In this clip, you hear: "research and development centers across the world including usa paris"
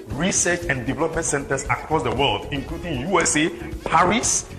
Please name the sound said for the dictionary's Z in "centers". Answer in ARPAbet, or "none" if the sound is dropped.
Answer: S